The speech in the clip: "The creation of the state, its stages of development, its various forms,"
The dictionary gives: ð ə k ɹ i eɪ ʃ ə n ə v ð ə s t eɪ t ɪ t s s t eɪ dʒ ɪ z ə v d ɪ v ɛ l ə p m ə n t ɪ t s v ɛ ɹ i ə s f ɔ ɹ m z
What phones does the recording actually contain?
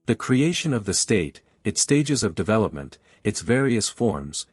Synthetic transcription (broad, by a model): ð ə k ɹ i eɪ ʃ ə n ə v ð ə s t eɪ t ɪ t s s t eɪ dʒ ɪ z ə v d ɪ v ɛ l ə p m ə n t ɪ t s v ɛ ɹ i ə s f ɔ ɹ m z